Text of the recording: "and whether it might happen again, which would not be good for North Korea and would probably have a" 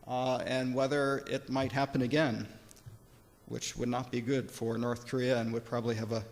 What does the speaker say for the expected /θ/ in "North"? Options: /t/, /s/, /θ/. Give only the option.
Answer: /θ/